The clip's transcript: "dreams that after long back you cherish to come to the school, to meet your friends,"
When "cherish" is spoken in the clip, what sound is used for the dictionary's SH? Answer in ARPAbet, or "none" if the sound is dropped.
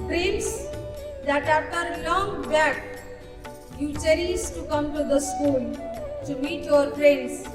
S